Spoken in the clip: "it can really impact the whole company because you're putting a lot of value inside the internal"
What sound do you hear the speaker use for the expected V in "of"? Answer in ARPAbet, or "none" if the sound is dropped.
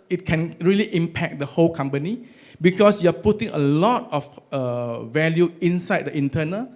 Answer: F